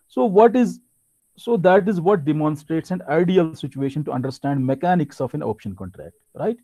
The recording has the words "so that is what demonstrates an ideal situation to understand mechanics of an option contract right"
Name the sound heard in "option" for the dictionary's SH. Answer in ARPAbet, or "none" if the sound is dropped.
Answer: SH